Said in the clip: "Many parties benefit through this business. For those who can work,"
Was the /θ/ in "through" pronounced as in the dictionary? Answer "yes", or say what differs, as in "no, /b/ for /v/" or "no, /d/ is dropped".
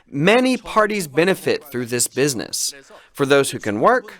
yes